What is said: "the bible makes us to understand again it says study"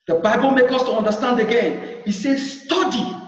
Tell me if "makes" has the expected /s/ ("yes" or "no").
no